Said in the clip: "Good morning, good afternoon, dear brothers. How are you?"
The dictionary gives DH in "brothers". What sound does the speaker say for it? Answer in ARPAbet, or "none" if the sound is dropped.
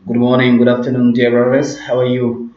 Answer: none